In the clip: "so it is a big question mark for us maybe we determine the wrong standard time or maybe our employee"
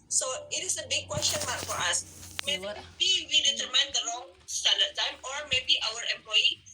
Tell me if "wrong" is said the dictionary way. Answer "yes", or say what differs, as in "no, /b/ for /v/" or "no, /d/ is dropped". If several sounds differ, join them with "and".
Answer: no, /l/ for /ɹ/